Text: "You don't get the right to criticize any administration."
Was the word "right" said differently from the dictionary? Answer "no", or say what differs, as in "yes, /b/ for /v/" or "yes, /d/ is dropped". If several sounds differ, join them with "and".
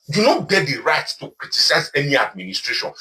no